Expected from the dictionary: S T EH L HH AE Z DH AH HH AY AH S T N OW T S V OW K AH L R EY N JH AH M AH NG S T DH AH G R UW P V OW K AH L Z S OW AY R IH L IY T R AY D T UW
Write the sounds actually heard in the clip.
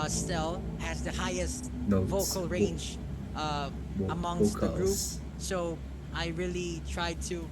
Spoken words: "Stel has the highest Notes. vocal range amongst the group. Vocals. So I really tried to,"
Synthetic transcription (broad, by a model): S T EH L HH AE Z DH AH HH AY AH S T T V OW K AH L R EY N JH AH M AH NG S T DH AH G R UW P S S OW AY R IH L IY T R AY D T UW